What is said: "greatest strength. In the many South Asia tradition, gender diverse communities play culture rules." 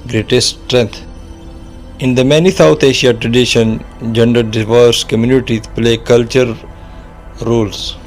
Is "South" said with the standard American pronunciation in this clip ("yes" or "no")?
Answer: no